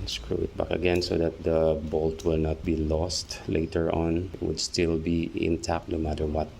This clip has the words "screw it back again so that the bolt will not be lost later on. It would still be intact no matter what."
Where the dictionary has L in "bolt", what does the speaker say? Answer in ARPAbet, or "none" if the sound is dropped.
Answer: L